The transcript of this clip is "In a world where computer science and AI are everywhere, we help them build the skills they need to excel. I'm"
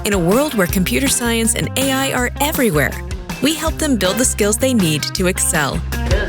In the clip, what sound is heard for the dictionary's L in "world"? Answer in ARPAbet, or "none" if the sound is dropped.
L